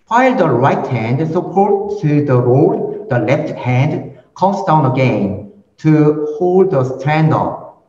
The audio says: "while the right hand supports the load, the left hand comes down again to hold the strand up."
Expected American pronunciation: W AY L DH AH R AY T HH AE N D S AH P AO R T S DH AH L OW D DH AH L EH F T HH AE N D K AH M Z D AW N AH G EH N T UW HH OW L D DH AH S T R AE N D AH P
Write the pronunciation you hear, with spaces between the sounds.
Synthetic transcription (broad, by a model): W AY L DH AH R AY T HH AE N D S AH P AO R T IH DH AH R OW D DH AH L EH F T HH AE N D K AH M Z D AW N AH G EH N T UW HH OW L D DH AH S T R AE N D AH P